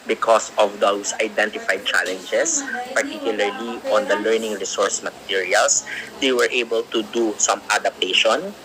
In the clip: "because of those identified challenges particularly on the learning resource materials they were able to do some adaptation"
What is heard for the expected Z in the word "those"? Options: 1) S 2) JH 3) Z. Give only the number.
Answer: 1